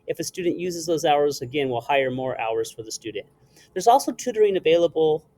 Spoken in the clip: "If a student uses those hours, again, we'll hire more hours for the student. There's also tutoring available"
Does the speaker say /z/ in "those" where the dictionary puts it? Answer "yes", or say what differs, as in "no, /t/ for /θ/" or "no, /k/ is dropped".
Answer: yes